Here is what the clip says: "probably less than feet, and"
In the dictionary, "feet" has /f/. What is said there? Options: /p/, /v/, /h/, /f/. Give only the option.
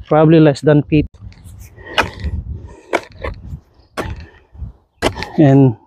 /p/